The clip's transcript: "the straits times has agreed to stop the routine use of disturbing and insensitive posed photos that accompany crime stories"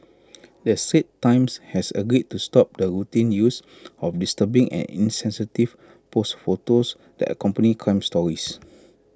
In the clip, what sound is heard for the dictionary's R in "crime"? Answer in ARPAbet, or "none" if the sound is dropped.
none